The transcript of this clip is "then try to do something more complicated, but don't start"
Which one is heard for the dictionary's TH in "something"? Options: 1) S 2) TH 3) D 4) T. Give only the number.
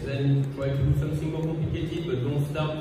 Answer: 1